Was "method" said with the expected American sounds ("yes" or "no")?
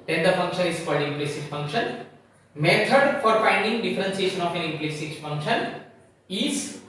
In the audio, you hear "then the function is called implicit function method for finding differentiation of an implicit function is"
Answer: no